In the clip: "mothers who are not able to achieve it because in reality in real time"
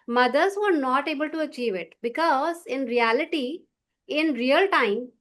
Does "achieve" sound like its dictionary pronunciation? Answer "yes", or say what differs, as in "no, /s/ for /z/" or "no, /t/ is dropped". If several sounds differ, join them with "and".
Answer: yes